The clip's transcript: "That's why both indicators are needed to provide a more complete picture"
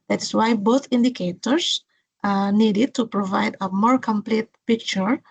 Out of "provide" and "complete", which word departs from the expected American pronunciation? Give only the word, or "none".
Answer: none